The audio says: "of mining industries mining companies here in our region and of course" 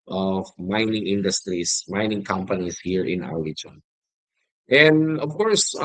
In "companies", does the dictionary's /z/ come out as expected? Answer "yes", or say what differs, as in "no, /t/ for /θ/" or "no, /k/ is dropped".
no, /s/ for /z/